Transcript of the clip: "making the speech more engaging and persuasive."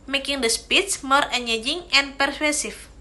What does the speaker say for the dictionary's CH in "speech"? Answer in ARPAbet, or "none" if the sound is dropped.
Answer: S